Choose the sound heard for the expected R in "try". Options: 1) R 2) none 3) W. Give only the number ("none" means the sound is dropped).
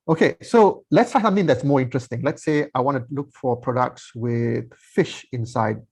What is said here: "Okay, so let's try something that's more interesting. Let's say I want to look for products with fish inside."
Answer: 2